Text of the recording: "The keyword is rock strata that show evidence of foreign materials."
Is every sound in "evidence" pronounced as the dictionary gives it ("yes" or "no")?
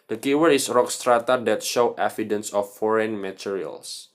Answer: no